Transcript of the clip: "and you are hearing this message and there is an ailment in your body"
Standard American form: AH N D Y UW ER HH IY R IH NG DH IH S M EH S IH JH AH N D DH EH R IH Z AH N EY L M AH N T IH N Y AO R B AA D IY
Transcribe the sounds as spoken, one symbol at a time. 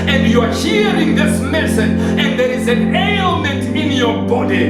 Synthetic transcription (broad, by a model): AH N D Y UW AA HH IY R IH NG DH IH S M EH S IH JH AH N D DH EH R IH Z AH N EY L M AH N T IH N Y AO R B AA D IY